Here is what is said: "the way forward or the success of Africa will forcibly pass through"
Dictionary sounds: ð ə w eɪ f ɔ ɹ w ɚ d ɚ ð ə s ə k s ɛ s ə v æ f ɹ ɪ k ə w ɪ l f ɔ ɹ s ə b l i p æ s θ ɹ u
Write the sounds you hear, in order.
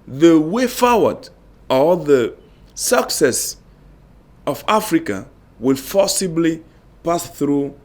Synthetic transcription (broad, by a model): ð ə w eɪ f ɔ w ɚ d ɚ ð ə s ə k s ɛ s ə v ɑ f ɹ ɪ k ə w ɪ l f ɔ s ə b l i p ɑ s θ ɹ u